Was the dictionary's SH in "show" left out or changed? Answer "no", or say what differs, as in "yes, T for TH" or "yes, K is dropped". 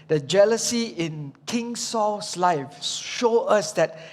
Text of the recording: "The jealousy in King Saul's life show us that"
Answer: no